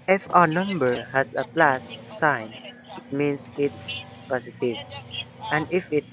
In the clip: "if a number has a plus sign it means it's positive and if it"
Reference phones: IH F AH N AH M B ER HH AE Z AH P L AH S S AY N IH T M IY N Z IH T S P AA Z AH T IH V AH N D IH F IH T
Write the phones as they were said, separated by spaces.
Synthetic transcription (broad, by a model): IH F AH N AH M B ER HH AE S AH P L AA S S AY N IH T M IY N S IH T S P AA S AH T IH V AH N D IH F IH T